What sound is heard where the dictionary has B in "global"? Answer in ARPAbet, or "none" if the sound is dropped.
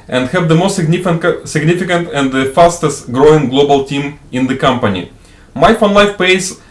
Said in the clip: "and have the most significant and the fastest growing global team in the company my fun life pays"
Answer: B